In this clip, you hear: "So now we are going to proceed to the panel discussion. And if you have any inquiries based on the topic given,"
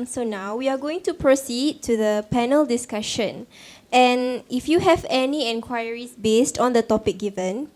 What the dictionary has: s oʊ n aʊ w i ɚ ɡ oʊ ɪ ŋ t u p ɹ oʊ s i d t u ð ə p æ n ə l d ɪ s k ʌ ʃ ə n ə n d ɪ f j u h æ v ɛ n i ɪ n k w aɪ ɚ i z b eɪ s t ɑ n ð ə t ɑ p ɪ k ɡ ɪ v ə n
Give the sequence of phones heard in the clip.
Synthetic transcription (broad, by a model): s oʊ n aʊ w i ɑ ɡ oʊ ɪ ŋ t u p ɹ oʊ s i d t u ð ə p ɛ n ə l d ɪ s k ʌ ʃ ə n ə n ɪ f j u h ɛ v ɛ n i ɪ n k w aɪ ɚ i s b eɪ s t ɑ n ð ə t ɑ p ɪ k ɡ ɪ v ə n